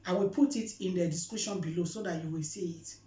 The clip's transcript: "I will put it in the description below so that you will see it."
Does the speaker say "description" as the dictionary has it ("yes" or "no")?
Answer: no